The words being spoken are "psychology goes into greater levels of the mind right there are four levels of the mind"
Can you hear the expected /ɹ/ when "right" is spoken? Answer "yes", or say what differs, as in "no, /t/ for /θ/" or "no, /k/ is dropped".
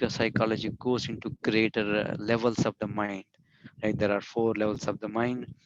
no, /l/ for /ɹ/